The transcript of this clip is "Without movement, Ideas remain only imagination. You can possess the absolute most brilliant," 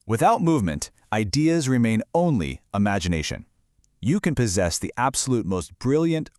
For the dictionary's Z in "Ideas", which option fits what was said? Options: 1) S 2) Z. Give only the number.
2